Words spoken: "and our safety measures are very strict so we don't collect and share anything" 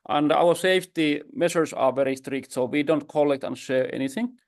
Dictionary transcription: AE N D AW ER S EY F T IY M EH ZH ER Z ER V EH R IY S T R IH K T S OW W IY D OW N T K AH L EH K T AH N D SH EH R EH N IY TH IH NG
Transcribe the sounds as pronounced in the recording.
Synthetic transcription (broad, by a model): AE N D AW ER S EY F T IY M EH SH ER S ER V EH R IY S T R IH K T S OW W IY D OW N T K AH L EH K T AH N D SH EH R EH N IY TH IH NG